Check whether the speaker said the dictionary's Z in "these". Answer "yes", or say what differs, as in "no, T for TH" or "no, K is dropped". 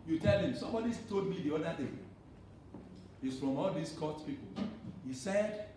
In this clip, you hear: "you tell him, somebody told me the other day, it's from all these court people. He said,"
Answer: no, S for Z